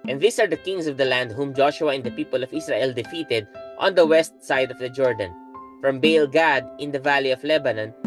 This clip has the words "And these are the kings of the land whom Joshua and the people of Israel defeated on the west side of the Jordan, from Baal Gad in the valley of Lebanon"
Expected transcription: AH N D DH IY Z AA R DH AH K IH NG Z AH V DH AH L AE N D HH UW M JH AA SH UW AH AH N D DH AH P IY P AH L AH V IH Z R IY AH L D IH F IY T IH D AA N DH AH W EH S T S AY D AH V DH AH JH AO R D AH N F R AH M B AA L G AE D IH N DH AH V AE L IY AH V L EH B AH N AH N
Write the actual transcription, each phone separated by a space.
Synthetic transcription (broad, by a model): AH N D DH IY S AA R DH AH K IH NG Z AH V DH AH L AE N D HH UW M JH AA SH UW AH AH N D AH P IY P AH L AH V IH S R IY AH L D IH F IY T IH D AA N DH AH W EH S T S AY D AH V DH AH JH AO R D AH N F R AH M B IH L G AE D IH N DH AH V AE L IY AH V L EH B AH N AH N